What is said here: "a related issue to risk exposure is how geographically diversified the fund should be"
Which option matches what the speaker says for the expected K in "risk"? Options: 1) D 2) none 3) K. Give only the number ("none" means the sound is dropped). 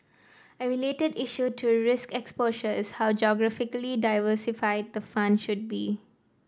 3